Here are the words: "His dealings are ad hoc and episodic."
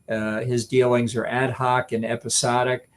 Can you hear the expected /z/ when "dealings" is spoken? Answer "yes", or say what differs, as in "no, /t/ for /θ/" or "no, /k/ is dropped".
yes